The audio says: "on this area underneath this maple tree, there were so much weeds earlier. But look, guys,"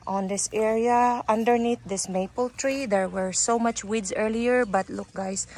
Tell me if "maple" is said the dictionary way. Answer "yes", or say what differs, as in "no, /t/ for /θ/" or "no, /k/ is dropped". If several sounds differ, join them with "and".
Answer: yes